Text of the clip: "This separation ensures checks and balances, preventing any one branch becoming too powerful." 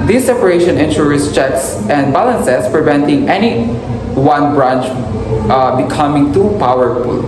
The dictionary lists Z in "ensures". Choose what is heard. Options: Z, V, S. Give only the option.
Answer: S